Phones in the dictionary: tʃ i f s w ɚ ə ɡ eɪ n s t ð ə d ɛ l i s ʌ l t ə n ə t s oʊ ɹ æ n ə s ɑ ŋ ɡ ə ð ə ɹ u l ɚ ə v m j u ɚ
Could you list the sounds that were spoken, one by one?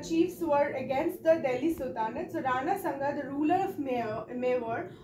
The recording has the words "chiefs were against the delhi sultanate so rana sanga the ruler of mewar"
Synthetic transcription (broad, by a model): tʃ i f s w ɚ ə ɡ eɪ n s t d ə d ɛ l i s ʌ t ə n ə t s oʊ ɹ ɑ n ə s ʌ ŋ ɡ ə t ɹ u l ɚ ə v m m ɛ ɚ